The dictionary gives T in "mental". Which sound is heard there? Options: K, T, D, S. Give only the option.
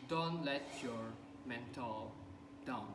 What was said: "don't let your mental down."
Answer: T